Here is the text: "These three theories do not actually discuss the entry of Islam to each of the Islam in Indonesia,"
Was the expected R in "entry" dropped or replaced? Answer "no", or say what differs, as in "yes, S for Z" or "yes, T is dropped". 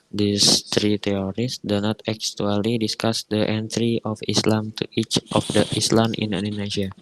no